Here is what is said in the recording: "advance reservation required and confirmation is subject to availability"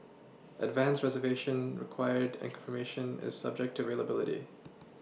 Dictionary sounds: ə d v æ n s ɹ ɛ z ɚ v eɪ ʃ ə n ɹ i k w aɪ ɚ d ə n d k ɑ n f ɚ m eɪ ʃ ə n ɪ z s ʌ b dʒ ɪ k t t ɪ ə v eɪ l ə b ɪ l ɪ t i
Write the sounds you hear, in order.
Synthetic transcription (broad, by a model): ə d v æ n s ɹ ɛ z ɚ v eɪ ʃ ə n ɹ i k w aɪ ɚ d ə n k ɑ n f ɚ m eɪ ʃ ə n ɪ z s ʌ b dʒ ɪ k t t ɪ ə v eɪ l ə b ɪ l ɪ t i